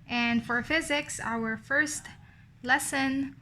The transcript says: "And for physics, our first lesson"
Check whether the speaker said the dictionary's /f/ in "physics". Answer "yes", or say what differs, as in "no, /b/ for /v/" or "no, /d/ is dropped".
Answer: yes